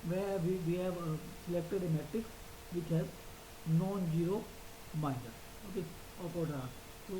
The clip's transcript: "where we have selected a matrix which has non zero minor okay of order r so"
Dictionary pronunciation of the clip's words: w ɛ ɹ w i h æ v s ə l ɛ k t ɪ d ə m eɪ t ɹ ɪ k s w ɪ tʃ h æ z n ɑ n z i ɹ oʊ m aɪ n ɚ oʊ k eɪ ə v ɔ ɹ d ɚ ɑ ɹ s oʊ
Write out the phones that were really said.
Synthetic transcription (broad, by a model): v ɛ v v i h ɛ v s ə l ɛ k t ɪ d ə m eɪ t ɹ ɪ k s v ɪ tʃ h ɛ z n ɑ n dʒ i ɹ oʊ m aɪ n ɚ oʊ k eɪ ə p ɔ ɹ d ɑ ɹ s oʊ